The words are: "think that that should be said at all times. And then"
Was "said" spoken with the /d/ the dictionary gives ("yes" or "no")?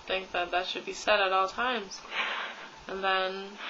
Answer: yes